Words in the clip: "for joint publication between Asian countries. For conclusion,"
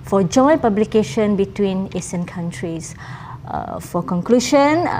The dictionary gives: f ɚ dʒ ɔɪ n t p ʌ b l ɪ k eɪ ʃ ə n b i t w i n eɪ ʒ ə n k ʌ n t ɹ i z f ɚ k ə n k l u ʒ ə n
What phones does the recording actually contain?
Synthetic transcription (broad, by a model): f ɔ dʒ ɔɪ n p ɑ b l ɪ k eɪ ʃ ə n b i t w i n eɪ s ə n k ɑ n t ɹ i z f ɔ k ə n k l u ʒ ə n